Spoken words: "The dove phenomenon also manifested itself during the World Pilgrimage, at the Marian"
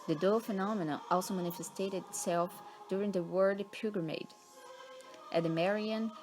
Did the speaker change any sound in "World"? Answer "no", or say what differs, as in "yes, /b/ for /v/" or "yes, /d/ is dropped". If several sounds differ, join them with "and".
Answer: yes, /l/ is dropped